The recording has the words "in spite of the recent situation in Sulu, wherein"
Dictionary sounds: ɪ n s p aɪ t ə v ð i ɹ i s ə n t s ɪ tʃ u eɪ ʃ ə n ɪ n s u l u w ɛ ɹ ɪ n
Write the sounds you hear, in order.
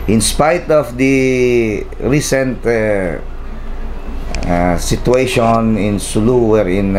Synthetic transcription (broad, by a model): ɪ n s p aɪ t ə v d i ɹ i s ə n t s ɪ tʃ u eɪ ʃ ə n ɪ n s u l u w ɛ ɹ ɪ n